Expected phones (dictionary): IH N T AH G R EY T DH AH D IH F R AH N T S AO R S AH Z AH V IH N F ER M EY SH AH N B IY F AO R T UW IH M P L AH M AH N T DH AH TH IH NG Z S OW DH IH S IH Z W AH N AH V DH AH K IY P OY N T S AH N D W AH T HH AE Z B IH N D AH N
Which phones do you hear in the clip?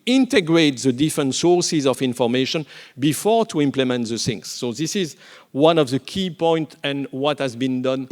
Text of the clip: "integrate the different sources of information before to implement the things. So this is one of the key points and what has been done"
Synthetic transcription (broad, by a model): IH N T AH G R EY T DH AH D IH F R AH N T S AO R S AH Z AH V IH N F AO M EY SH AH N B IY F AO R T UW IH M P L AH M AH N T DH AH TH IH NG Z S OW DH IH S IH Z W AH N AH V DH AH K IY P OY N T AH N W AH T HH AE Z B IH N D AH N